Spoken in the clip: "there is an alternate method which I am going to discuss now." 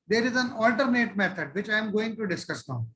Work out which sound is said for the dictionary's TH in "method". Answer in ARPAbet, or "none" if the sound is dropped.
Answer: T